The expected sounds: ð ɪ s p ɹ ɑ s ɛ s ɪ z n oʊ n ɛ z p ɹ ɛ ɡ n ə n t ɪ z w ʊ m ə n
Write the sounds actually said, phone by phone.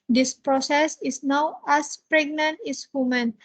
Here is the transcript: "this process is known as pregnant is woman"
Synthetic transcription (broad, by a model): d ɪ s p ɹ ɑ s ɛ s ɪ s n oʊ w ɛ s p ɹ ɛ ɡ n ə n t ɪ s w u m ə n